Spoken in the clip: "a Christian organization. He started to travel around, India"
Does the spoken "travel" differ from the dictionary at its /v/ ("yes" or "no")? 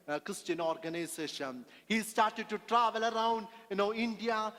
no